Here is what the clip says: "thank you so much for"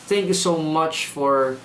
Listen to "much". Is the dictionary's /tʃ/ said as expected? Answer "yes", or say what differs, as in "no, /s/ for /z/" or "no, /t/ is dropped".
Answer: yes